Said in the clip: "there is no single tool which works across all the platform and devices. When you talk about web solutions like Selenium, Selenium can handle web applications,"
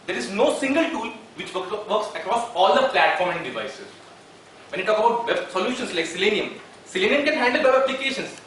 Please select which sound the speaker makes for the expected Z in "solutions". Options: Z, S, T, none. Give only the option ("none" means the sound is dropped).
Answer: S